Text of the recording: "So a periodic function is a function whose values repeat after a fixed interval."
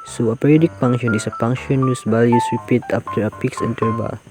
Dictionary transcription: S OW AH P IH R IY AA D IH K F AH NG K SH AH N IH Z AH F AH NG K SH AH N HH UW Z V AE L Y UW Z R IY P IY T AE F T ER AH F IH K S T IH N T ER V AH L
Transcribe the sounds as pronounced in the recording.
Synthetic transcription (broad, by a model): S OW AH P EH R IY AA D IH K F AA NG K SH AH N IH S AH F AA NG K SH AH N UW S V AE L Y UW S R IY P IY T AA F T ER AH P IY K S EH N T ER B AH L